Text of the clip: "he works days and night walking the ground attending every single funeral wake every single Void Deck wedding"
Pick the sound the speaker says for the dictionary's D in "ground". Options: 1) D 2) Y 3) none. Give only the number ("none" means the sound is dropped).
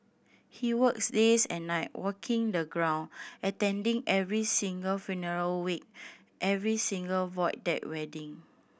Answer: 3